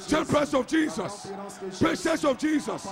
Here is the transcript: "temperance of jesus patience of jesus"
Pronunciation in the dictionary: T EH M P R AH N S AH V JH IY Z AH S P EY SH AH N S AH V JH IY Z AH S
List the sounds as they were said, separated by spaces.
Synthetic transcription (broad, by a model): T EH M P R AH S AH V JH IY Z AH S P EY S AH S AH V JH IY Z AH S